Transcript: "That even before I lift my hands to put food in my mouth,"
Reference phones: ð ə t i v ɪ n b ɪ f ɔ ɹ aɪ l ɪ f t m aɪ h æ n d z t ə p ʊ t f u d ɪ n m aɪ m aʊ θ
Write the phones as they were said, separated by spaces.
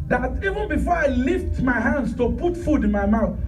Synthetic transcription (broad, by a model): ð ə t i v ɪ n b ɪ f ɔ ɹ aɪ l ɪ f t m aɪ h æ n d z t ə p ʊ t f u d ɪ n m aɪ m aʊ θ